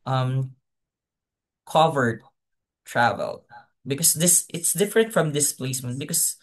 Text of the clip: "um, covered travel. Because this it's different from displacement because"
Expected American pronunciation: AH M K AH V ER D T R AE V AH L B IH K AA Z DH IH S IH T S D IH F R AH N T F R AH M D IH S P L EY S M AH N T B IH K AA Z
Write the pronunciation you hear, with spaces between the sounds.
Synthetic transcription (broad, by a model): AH M K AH V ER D T R AE V AH L B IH K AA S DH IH S IH T S D IH F R AH N T F R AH M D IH S P L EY S M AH N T B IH K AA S